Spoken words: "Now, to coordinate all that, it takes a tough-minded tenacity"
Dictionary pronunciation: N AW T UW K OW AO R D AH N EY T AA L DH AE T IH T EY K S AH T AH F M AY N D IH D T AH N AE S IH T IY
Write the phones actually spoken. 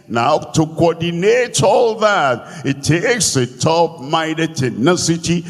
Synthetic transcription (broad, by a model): N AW T UW K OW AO D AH N EY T AA L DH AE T IH T EY K S AH T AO P M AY D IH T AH N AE S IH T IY